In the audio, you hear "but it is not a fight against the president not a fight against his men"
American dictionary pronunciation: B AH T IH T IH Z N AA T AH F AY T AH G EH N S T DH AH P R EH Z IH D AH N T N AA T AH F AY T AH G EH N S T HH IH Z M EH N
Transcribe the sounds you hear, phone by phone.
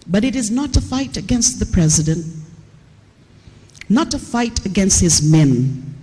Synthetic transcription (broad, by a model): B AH T IH T IH Z N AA T AH F AY T AH G EH N S T DH AH P R EH Z IH D AH N T N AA T AH F AY T AH G EH N S T HH IH Z M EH N